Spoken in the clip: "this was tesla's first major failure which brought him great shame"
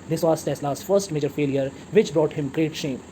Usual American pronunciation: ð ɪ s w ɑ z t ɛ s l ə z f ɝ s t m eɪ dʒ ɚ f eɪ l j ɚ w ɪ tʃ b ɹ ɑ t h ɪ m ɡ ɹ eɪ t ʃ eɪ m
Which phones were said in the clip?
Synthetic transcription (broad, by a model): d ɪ s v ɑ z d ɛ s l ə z f ɝ s t m eɪ dʒ ɚ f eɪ l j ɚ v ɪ tʃ b ɹ ɑ t h ɪ m ɡ ɹ eɪ t ʃ eɪ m